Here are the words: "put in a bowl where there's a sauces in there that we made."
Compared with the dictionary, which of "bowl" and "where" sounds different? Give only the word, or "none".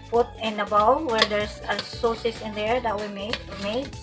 bowl